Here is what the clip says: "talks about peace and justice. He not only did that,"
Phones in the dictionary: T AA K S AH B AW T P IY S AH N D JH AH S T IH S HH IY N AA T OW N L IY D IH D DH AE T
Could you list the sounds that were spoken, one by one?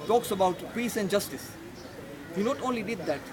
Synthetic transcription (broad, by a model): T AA K S AH B AW T P IY S AH N D JH AH S T IH S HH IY N AA T OW N L IY D IH D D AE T